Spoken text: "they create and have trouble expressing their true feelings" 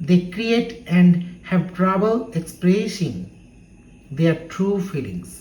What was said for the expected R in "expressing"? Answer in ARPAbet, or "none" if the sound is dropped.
none